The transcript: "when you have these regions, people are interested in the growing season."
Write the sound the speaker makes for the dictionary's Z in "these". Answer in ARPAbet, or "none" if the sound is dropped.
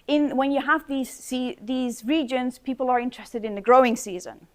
Z